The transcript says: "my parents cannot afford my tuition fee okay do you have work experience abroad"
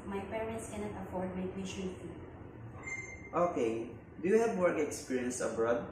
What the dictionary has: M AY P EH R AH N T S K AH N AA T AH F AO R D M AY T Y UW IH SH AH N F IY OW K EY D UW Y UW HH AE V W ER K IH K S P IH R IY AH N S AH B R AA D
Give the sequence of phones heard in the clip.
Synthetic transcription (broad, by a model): M AY P EH R AH N T S K AH N AA T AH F AO R D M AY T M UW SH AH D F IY OW K EY D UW Y UW HH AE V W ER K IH K S P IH R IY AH N S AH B R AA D